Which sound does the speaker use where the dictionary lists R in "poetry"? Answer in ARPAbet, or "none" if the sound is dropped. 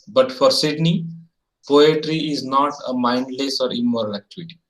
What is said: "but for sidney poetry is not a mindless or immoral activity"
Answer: R